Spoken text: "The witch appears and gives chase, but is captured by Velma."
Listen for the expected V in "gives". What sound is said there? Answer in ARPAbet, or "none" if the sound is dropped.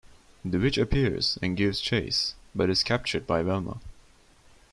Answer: V